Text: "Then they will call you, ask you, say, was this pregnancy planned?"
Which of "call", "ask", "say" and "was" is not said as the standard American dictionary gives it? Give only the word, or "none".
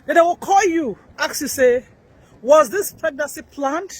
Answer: ask